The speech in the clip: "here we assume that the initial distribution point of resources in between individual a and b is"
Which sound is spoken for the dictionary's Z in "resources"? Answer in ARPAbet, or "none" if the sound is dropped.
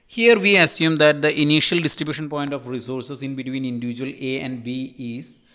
S